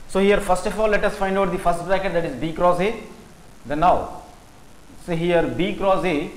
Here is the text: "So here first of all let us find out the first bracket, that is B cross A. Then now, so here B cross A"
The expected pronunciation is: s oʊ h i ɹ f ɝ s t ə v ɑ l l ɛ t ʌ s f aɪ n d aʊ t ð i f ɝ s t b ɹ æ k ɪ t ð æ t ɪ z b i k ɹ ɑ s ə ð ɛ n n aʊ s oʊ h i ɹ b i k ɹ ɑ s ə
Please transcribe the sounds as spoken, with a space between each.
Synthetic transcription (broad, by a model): s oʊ h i ɹ f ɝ s t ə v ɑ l l ɛ t ʌ s f aɪ n d aʊ t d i f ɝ s t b æ k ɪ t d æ t ɪ z b i k ɹ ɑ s ə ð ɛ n n aʊ s oʊ h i ɹ b i k ɹ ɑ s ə